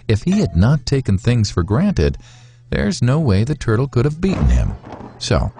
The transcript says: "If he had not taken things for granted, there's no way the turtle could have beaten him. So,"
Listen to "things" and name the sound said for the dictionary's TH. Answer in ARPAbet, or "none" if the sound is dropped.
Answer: TH